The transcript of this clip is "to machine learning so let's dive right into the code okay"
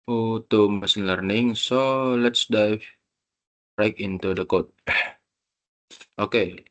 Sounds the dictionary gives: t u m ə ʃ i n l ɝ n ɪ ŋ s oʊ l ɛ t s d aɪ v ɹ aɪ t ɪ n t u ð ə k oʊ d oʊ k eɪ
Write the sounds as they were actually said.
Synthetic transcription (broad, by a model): t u m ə s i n l ɝ n ɪ ŋ s oʊ l ɛ t s d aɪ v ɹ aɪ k ɪ n t u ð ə k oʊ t oʊ k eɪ